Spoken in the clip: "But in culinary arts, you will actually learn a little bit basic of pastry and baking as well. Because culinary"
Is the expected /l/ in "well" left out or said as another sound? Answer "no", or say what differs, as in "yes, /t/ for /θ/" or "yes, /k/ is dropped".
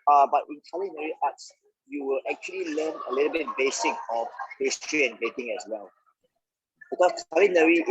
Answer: no